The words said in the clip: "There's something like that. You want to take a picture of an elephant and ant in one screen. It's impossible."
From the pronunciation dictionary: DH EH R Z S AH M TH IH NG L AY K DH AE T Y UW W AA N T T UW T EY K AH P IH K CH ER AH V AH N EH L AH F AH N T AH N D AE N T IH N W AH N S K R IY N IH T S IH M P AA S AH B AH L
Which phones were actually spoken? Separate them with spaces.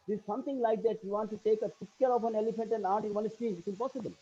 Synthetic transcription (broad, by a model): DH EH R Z S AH M T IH NG L AY K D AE T Y UW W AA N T T UW T EY K AH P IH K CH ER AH F AH N EH L AH F AH N T AH N D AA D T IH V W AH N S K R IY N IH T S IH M P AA S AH B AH L